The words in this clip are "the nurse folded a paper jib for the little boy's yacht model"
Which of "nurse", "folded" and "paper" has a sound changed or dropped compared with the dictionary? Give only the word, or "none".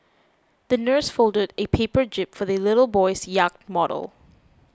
none